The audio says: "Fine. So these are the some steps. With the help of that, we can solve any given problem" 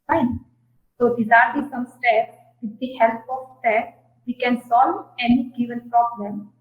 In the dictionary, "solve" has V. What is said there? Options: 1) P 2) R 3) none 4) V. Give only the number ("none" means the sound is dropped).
3